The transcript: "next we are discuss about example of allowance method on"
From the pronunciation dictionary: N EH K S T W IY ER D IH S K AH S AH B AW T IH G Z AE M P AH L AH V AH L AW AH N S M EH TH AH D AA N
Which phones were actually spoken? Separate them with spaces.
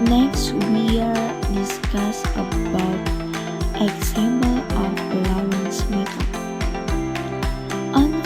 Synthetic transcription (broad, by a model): N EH K S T W IY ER D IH S K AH S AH B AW T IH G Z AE M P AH L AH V AH L AW AH N S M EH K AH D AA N